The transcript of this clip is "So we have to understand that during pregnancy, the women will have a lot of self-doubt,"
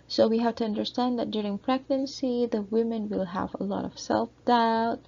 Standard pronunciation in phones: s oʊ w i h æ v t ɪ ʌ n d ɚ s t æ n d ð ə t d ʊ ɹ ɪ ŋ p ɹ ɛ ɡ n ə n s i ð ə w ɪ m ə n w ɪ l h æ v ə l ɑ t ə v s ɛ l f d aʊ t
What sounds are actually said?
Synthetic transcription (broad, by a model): s oʊ w i h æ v t ɪ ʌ n d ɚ s t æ n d ð ə t d ʊ ɹ ɪ ŋ p ɹ ɛ ɡ n ə n s i ð ə w ɪ m ə n w ɪ l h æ v ə l ɑ t ə v s ɛ l f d aʊ t